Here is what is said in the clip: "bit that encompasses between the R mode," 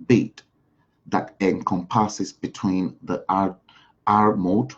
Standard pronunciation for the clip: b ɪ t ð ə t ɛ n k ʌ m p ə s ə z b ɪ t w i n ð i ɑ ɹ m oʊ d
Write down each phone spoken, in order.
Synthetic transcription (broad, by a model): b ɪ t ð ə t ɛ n k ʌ m p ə s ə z b ɪ t w i n ð i ɑ ɹ m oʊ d